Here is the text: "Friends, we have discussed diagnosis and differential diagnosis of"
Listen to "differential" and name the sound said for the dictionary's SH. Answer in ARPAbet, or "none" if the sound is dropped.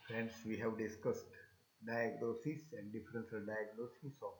S